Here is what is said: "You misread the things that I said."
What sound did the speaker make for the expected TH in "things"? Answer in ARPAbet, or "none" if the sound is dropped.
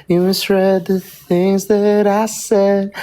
TH